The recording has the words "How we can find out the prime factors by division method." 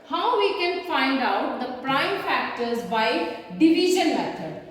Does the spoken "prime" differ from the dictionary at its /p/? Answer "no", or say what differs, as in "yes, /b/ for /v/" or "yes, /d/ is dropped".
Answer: no